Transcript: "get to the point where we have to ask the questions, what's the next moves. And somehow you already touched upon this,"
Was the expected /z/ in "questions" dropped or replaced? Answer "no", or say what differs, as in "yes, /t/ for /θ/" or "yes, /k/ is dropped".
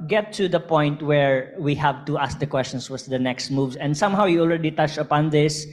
yes, /s/ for /z/